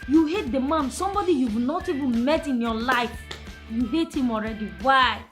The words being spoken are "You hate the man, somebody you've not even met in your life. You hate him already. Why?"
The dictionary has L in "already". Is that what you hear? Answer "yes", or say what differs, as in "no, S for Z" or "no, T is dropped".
yes